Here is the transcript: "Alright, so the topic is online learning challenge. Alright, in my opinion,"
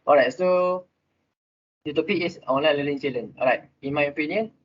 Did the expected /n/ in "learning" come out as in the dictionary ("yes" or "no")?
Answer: no